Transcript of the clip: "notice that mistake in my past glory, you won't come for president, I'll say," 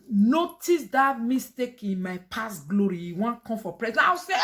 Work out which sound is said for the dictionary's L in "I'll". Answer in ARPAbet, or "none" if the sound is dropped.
W